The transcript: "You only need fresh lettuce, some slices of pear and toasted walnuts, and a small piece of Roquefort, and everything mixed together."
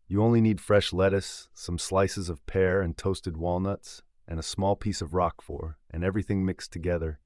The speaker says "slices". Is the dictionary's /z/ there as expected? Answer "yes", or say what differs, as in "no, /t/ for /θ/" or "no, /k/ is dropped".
yes